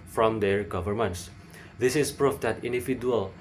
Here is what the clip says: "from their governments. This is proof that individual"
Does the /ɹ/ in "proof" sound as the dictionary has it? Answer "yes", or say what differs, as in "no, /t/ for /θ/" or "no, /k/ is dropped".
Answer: yes